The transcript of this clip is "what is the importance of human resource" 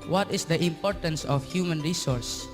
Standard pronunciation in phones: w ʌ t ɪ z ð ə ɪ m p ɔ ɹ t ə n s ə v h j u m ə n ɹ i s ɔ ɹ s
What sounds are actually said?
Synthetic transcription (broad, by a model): w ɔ t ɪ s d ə ɪ m p ɔ ɹ t ə n s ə f h j u m ə n ɹ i s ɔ ɹ s